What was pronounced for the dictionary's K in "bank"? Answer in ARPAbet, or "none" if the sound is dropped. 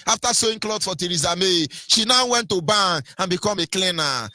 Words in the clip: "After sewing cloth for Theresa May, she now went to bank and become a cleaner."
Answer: none